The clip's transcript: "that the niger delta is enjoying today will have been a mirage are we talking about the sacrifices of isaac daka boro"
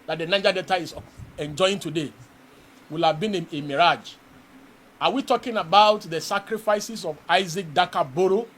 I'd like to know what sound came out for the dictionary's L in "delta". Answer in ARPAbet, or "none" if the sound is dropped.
none